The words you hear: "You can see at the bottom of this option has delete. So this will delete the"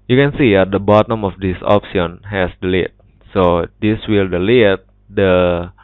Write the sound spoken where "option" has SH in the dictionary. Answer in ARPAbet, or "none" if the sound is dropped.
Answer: S